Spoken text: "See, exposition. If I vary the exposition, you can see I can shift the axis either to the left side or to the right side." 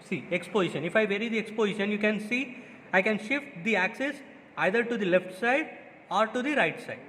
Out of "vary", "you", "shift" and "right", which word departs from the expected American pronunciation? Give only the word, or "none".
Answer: none